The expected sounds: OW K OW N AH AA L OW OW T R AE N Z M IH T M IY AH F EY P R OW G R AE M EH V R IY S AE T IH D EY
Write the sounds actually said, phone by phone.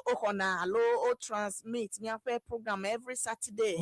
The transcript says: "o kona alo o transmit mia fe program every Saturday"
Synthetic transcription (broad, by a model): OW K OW N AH AA L OW OW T R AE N S M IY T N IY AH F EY P R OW G R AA M EH V R IY S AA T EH D EY